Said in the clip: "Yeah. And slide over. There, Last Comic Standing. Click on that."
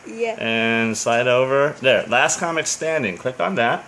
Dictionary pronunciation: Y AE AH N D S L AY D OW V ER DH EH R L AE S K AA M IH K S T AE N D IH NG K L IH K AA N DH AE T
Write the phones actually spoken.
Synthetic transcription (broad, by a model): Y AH N S AY D OW V ER DH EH R L AE S K AA M IH K S T AE N D IH NG K L IH K N DH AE T